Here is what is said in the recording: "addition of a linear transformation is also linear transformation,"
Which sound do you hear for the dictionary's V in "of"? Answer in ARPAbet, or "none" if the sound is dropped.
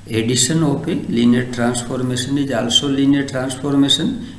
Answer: P